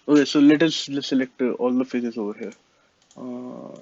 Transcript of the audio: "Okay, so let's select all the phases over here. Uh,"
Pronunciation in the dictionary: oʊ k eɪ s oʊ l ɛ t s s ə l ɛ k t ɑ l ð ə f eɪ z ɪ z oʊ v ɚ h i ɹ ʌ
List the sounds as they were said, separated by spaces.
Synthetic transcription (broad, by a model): oʊ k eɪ s oʊ l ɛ t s s ə l ɛ k t ɑ l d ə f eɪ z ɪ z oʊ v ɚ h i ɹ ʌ